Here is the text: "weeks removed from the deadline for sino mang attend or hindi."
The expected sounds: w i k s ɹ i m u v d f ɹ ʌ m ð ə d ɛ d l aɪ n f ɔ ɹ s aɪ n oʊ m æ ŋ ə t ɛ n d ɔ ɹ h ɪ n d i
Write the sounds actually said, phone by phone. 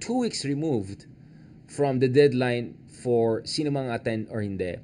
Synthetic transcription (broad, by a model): w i k s ɹ i m u v d f ɹ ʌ m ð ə d ɛ d l aɪ n f ɔ ɹ s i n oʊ m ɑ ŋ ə t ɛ n ɔ ɹ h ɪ n d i